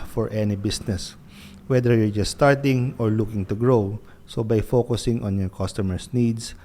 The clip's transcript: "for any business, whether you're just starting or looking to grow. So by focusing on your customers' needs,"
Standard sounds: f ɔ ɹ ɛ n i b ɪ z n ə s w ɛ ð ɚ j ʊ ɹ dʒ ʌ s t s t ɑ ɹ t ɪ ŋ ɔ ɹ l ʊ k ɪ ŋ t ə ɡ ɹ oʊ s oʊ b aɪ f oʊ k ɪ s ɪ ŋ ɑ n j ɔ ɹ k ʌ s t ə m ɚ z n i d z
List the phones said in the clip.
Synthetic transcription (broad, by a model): f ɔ ɹ ɛ n i b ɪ s n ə s w ɛ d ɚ j ʊ ɹ dʒ ʌ s t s t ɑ ɹ t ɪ ŋ ɔ ɹ l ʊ k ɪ ŋ t ə ɡ ɹ oʊ s oʊ b aɪ f oʊ k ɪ s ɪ ŋ ɑ n j ɔ ɹ k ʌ s t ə m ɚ s n i d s